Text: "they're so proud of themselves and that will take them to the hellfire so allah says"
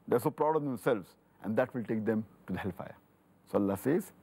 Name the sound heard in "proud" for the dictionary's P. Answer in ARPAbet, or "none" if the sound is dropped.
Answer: P